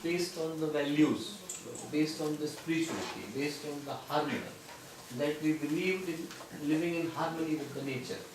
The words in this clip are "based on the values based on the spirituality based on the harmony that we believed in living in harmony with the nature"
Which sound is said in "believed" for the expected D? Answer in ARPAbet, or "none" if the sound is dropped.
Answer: D